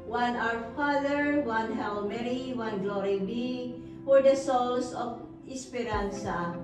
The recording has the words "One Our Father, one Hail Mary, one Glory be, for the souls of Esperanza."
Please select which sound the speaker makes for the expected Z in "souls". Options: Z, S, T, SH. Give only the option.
S